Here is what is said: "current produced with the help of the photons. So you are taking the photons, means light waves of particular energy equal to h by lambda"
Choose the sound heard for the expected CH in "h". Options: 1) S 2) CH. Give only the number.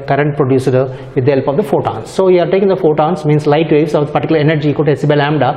1